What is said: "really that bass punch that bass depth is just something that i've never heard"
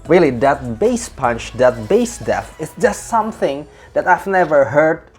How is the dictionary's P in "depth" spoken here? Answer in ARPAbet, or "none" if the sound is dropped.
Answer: none